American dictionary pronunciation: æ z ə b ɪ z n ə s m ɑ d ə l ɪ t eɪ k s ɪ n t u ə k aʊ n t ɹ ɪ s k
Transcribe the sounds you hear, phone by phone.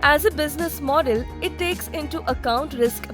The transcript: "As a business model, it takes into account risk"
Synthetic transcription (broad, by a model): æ z ə b ɪ z n ə s m ɑ d ə l ɪ t eɪ k s ɪ n t u ə k aʊ n t ɹ ɪ s k